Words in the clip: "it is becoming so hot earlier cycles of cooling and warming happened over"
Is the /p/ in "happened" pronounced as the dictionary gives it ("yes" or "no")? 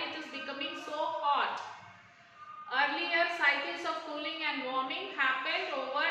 no